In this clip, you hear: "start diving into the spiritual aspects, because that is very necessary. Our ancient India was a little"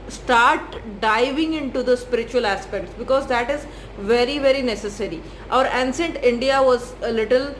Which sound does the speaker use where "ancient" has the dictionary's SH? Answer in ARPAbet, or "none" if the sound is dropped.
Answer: S